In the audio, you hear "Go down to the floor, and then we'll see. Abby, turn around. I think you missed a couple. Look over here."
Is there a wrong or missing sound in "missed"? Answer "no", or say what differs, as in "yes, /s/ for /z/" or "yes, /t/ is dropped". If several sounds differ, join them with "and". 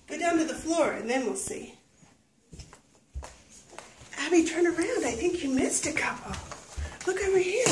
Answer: no